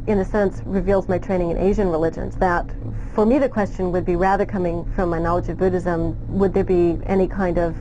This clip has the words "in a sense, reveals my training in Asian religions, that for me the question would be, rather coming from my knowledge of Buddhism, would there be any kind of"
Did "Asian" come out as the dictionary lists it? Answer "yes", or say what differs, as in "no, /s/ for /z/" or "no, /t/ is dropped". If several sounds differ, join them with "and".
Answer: yes